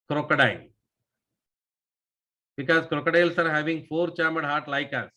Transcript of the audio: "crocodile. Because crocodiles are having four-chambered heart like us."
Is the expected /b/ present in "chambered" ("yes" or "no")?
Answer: no